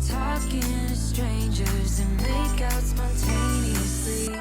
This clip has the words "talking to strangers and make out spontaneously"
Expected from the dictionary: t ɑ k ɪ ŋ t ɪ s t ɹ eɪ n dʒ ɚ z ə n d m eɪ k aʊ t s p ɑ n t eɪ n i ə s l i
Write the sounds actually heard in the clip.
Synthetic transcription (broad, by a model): t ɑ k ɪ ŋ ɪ s t ɹ eɪ n dʒ ɚ z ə n m eɪ k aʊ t s p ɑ n t eɪ n i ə s l i